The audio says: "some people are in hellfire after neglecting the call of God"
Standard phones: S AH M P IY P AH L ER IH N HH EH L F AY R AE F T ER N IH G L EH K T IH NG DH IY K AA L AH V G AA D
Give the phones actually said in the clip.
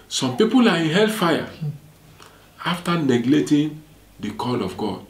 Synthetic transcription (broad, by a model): S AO M P IY P AH L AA IH N HH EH L F AY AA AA F T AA N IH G L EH T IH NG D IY K AA L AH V G AA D